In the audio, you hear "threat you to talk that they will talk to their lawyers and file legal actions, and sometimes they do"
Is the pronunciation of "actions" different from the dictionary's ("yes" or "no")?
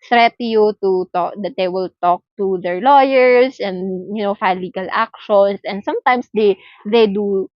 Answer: yes